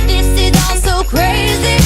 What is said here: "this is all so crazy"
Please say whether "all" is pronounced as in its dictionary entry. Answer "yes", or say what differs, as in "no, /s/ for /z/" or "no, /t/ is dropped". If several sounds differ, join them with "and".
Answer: no, /n/ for /l/